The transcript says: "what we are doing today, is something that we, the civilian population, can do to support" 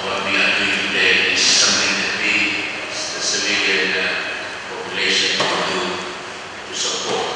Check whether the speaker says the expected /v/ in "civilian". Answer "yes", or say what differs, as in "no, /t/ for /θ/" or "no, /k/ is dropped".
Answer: no, /f/ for /v/